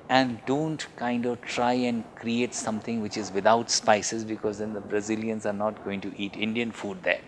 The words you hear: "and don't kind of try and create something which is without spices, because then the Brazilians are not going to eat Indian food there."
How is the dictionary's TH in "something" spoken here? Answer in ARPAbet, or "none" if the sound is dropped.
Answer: T